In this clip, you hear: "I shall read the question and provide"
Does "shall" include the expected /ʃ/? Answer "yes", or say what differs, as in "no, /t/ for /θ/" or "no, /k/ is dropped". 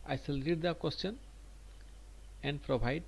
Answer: no, /s/ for /ʃ/